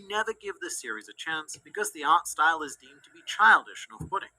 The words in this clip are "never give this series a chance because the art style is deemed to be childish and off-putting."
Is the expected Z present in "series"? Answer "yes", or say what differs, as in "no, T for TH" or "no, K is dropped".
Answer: yes